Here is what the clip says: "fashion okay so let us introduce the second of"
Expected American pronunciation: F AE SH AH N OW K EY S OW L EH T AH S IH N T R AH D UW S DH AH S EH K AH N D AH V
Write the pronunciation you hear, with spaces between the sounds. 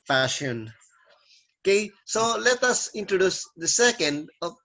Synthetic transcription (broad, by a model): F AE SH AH N OW K EY S OW L EH T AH S IH N T R AH D UW S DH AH S EH K AH N D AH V